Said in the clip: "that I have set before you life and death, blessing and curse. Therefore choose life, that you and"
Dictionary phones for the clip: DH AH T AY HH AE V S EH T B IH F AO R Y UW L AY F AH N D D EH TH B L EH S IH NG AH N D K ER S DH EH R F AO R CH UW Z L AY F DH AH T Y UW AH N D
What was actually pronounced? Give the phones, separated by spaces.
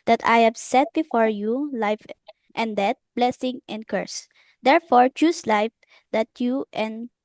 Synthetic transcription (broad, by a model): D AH T AY HH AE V S EH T B IH F AO R Y UW L AY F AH N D D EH T B L EH S IH NG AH N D K ER S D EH R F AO R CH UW S L AY F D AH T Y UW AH N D